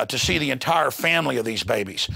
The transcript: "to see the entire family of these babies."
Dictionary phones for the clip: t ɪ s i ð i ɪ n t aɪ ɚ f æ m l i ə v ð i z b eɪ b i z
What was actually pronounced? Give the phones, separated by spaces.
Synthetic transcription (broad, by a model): t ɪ s i ð i ɪ n t aɪ ɚ f æ m l i ə v ð i z b eɪ b i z